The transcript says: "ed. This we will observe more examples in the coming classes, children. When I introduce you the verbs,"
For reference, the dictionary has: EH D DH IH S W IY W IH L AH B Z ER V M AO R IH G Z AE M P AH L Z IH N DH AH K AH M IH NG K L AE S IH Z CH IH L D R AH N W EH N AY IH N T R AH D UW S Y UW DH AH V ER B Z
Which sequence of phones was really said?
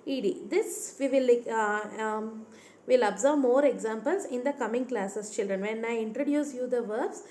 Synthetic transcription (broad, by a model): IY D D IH S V IY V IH L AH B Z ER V M AO R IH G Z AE M P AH L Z IH N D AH K AH M IH NG K L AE S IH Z CH IH L D R AH N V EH N AY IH N T R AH D UW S Y UW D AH V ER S